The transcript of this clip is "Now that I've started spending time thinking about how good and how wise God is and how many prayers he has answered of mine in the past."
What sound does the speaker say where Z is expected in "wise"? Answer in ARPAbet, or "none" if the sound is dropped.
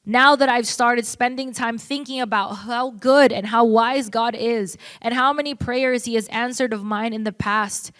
Z